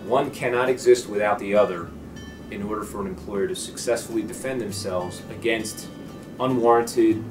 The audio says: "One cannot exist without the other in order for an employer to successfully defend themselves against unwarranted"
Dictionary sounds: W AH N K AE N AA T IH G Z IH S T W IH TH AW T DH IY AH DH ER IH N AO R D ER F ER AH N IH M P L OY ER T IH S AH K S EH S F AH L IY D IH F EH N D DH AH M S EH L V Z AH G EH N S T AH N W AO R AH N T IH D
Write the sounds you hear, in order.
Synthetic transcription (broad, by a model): W AH N K AE N AA T IH G Z IH S T W IH TH AW T DH IY AH DH ER IH N AO R D ER F ER AH N IH M P L OY ER T IH S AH K S EH S F L IY D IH F EH N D DH AH M S EH L V Z AH G EH N S T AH N W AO R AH N T IH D